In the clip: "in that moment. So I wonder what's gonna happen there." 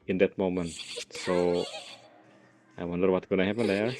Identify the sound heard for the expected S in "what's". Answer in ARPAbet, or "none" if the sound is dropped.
none